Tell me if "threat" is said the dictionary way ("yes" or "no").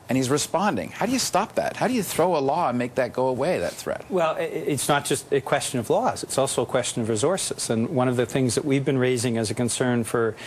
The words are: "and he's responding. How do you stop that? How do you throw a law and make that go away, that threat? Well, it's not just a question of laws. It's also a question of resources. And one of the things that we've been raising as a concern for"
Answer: yes